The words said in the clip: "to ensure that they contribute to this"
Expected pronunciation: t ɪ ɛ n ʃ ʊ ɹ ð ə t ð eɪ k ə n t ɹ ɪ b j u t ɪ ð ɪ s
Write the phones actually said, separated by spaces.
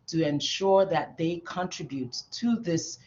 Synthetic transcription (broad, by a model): t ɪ ɛ n ʃ ʊ ɹ ð ə t ð eɪ k ə n t ɹ ɪ b j u t ɪ ð ɪ s